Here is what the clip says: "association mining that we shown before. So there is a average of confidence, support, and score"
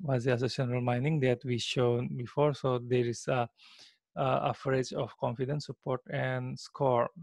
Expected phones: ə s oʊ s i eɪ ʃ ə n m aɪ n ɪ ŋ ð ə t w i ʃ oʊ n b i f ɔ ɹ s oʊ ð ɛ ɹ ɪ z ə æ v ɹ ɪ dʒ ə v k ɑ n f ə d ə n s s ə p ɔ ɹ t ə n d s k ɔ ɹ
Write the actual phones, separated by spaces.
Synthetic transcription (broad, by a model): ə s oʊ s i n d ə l m aɪ n ɪ ŋ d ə t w i ʃ oʊ n b i f ɔ ɹ s oʊ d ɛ ɹ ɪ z ə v ɹ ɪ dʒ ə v k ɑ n f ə d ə n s s ə p ɔ ɹ t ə n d s k ɔ ɹ